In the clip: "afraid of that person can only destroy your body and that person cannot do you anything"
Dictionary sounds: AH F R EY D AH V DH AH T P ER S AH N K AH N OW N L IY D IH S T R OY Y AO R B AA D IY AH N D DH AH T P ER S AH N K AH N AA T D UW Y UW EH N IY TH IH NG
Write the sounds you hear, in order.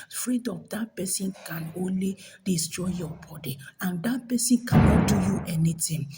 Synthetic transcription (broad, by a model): F R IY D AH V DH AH T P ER S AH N K AH N OW N L IY D IH S T R OY Y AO B AA D IY AH N D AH T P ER S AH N K AH N AA T D UW Y UW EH N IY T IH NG